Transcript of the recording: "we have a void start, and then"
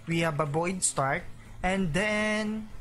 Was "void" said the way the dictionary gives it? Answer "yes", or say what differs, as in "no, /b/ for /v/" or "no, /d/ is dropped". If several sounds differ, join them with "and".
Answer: no, /b/ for /v/